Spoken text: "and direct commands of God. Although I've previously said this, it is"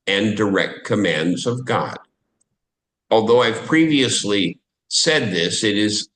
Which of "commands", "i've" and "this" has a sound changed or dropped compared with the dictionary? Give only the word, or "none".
none